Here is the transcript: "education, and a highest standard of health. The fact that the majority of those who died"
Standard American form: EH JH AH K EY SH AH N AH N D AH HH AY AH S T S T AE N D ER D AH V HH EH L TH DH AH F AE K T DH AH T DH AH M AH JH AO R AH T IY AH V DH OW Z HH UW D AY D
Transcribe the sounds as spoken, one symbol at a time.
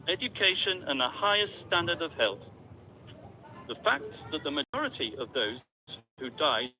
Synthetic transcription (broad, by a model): EH JH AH K EY SH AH N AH N AH HH AY AH S T S T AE N D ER D AH V HH EH L TH DH AH F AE K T DH AH T DH AH M AH JH AO R AH T IY AH V DH OW Z HH UW D AY